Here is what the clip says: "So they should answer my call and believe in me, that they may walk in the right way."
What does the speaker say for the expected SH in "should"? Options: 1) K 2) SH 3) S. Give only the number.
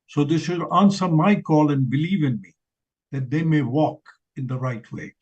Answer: 3